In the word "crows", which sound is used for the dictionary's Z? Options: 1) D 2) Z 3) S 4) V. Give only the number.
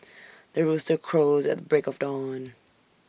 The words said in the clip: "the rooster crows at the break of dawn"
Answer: 2